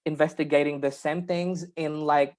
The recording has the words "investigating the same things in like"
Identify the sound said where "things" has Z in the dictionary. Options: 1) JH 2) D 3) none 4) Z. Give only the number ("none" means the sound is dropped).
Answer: 4